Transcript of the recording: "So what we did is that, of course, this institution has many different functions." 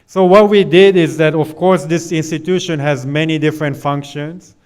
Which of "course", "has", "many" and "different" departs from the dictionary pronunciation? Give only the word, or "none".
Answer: none